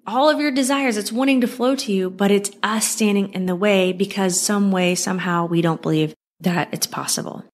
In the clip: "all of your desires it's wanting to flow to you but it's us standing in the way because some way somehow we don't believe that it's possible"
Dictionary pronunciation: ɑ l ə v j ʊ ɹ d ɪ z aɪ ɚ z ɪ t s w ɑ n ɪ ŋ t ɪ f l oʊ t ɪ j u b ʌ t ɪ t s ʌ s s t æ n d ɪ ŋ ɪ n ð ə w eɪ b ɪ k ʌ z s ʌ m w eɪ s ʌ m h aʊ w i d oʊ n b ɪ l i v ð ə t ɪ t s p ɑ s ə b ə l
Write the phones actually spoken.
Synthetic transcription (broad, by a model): ɑ l ə v j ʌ ɹ d ɪ z aɪ ɚ z ɪ t s w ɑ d ɪ ŋ t ɪ f l oʊ t ɪ j u b ʌ t ɪ t s ʌ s s t æ n d ɪ ŋ ɪ n ð ə w eɪ b ɪ k ʌ z s ʌ m w eɪ s ʌ m h aʊ w i d oʊ n b ɪ l i v ð ə t ɪ t s p ɑ s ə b l